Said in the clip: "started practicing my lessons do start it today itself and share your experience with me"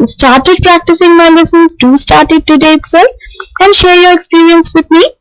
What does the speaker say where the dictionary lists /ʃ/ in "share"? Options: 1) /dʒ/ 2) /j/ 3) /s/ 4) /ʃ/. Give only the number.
4